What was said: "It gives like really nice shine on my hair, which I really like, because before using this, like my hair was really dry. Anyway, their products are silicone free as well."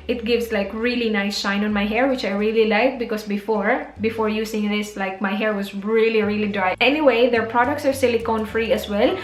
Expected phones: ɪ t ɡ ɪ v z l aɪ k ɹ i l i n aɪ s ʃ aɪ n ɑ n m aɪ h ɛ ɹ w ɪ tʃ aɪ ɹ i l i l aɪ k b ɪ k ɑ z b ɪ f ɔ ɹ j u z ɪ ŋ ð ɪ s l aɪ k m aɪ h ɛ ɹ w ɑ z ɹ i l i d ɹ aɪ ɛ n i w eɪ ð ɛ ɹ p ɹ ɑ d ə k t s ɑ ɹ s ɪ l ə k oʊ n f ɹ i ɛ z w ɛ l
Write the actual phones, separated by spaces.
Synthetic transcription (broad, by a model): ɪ t ɡ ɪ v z l aɪ k ɹ i l i n aɪ s ʃ aɪ n ɑ n m aɪ h ɛ ɹ w ɪ tʃ aɪ ɹ i l i l aɪ k b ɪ k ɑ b b ɪ f ɔ ɹ j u s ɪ ŋ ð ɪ s l aɪ k m aɪ h ɛ ɹ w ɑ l ɹ i l i d ɹ aɪ ɛ n i w eɪ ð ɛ ɹ p ɹ ɑ d ə k t s ɑ ɹ s ɪ l ə k oʊ n f ɹ i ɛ s w ɛ l